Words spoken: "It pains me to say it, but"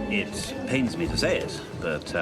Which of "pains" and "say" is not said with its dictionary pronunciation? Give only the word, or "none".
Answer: none